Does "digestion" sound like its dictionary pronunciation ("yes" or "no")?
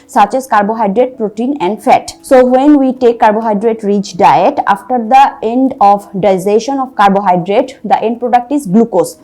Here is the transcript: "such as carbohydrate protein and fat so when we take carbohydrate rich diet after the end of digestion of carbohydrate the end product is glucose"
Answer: no